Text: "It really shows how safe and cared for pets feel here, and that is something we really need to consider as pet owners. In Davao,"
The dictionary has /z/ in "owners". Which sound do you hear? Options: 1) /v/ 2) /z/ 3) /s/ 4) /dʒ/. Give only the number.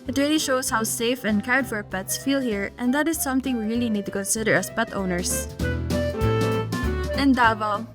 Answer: 3